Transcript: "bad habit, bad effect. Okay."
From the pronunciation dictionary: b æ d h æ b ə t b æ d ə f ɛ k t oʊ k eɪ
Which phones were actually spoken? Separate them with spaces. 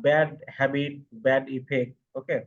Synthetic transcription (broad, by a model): b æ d h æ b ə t b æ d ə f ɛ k oʊ k eɪ